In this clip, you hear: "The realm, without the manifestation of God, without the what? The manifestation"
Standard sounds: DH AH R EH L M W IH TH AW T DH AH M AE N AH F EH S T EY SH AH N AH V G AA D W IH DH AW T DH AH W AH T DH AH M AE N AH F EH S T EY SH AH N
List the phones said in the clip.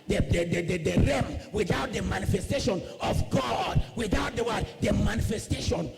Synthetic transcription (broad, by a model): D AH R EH M W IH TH AW T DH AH M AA N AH F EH S T EY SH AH N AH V G AA D W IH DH AW T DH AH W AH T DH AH M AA N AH F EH S T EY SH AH N